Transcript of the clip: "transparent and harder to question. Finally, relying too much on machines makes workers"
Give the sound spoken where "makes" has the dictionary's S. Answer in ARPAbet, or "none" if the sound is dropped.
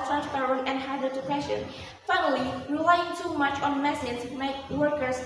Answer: none